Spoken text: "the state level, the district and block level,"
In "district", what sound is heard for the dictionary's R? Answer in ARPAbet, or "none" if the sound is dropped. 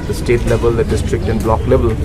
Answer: R